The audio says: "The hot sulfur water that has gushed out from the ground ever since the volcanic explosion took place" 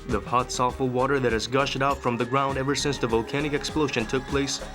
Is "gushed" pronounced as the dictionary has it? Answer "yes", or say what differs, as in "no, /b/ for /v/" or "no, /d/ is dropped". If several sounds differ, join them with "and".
yes